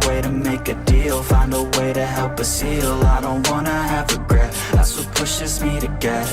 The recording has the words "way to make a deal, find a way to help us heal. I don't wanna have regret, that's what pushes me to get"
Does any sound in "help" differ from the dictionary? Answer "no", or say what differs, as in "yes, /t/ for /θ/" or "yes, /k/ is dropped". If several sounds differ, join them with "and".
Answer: no